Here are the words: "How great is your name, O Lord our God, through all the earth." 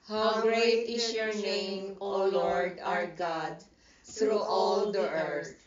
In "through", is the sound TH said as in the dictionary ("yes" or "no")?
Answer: no